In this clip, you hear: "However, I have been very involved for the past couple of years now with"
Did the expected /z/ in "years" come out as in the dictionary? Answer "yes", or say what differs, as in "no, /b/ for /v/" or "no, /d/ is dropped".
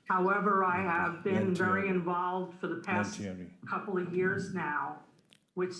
yes